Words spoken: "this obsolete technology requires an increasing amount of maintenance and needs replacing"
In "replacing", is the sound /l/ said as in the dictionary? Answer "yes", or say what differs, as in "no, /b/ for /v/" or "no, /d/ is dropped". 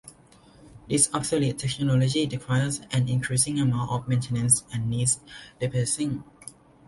no, /l/ is dropped